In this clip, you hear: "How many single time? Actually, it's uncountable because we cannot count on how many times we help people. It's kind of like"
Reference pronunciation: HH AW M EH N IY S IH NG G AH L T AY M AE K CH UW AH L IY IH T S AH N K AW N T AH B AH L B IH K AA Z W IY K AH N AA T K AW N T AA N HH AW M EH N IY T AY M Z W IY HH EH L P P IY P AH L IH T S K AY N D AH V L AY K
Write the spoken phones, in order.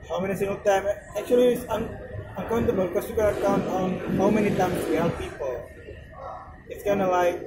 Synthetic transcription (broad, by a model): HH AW M EH N IY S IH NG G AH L T AY M AE K CH UW AH L IY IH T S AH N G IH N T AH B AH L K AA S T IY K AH L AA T K AW N T AA N HH AW M EH N IY T AY M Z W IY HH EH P P IY P AH L IH T S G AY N AH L AY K